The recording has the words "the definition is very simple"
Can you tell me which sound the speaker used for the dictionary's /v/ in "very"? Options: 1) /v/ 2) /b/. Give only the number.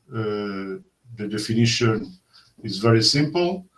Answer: 1